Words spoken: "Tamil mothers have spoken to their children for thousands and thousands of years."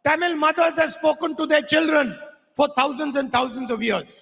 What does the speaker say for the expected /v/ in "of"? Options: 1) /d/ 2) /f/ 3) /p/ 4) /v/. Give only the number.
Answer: 4